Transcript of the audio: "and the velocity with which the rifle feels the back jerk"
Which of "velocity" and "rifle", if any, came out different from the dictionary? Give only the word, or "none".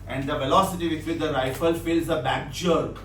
none